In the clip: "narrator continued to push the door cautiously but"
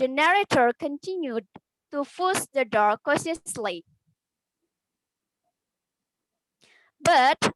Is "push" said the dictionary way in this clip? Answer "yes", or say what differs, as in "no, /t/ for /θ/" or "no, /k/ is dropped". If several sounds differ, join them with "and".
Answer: no, /f/ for /p/